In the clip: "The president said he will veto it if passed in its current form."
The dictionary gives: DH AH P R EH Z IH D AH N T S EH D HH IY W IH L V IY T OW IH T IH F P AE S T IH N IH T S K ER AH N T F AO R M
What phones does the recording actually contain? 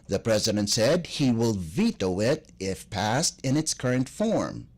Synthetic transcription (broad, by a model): DH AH P R EH Z IH D AH N T S EH D HH IY W IH L V IY T OW IH T IH F P AE S T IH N IH T S K ER AH N T F AO R M